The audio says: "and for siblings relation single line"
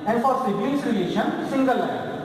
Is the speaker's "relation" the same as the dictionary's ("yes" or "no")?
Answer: no